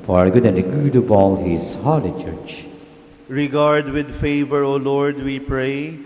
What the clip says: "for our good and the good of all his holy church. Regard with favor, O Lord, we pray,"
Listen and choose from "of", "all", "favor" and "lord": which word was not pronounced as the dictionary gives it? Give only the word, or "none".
of